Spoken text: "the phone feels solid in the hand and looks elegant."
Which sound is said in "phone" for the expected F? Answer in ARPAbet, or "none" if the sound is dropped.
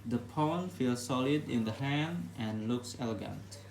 P